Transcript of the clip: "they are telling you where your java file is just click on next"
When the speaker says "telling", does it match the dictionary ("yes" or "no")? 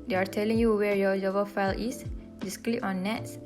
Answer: yes